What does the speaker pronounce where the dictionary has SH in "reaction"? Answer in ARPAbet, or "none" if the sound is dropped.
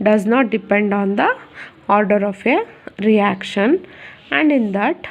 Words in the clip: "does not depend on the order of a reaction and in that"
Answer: SH